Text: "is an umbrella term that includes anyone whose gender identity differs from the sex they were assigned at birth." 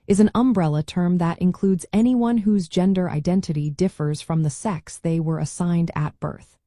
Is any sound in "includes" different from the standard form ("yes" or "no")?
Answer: no